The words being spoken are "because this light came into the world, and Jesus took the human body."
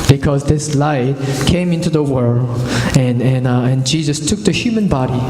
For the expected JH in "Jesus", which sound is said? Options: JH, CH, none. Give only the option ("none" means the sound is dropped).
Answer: JH